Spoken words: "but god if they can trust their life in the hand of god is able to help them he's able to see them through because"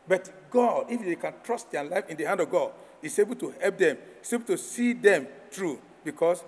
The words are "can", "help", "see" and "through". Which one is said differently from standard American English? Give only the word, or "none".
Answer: through